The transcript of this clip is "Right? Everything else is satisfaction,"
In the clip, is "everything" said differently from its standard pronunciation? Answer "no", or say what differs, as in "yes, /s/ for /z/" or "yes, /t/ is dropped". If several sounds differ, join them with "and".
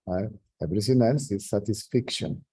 yes, /s/ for /θ/